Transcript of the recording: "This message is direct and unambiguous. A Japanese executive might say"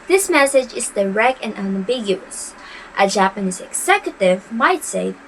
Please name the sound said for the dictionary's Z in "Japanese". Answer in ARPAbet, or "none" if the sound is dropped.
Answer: Z